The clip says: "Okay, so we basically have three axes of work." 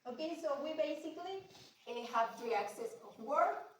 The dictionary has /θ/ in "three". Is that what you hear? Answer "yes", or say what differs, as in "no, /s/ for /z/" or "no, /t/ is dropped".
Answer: no, /t/ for /θ/